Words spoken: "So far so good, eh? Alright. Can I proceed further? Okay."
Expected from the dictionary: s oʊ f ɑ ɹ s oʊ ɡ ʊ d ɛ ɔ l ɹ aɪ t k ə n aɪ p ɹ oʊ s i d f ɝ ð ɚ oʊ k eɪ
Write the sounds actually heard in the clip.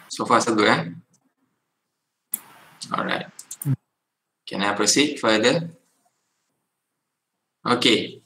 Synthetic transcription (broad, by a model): s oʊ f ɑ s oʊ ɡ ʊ ɛ ɔ l ɹ aɪ t k ə n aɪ p ɹ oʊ s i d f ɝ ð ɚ oʊ k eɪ